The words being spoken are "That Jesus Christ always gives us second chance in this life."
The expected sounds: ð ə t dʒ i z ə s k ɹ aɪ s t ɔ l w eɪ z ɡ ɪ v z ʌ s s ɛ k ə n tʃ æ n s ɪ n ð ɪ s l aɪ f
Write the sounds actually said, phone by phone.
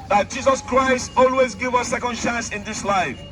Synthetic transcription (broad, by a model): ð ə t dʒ i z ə s k ɹ aɪ s t ɔ l w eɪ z ɡ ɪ v ʌ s s ɛ k ə n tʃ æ n s ɪ n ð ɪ s l aɪ f